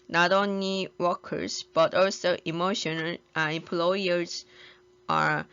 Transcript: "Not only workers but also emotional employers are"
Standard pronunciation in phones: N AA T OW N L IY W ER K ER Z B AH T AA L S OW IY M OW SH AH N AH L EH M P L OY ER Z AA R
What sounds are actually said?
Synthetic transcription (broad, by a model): N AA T OW N L IY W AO K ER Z B AH T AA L S OW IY M OW SH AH N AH N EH M P L OY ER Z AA R